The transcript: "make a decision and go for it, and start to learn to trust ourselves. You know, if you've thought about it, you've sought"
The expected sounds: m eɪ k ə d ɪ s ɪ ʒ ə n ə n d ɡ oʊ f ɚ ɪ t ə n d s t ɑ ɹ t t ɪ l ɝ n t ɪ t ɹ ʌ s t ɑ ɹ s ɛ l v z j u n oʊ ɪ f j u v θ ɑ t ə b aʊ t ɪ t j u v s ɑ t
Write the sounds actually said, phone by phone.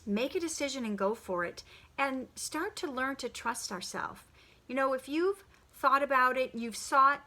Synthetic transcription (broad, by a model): m eɪ k ə d ɪ s ɪ ʒ ə n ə n ɡ oʊ f ɚ ɪ t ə n s t ɑ ɹ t t ɪ l ɝ n t ɪ t ɹ ʌ s t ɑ ɹ s ɛ l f j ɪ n oʊ ɪ f j u v θ ɑ t ə b aʊ t ɪ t j u v s ɑ t